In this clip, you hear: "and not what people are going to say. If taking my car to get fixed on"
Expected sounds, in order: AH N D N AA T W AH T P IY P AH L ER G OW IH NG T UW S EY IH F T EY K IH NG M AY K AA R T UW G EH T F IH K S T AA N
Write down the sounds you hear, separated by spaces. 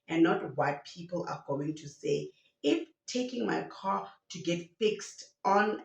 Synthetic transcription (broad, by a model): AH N N AA T W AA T P IY P AH L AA G OW IH NG T UW S EY IH F T EY K IH NG M AY K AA T UW G EH T F IH K S T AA N